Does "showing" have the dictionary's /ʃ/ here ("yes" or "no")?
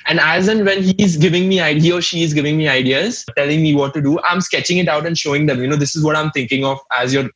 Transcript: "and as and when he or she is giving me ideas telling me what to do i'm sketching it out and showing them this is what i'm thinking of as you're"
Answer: yes